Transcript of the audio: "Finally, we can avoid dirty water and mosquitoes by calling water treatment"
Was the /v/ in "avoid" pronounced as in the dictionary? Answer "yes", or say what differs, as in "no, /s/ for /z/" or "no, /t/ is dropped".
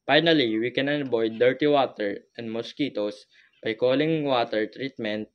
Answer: no, /b/ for /v/